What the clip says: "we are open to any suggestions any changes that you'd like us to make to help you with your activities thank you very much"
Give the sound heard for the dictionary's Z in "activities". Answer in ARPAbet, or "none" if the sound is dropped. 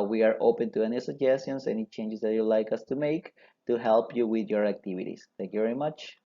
S